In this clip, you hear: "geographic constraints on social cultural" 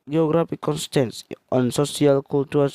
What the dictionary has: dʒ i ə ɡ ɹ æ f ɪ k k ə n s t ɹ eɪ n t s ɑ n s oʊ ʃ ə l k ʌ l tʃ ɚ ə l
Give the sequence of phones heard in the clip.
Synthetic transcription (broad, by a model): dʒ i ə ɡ ɹ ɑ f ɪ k k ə n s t eɪ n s ɑ n s oʊ s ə l k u l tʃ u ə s